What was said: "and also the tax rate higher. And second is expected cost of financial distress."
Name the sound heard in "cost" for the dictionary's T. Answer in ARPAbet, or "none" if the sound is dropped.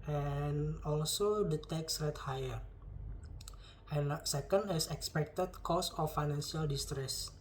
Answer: none